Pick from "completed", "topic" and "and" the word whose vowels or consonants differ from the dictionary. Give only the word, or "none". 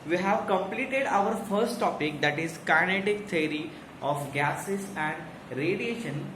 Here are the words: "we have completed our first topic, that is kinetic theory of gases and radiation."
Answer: none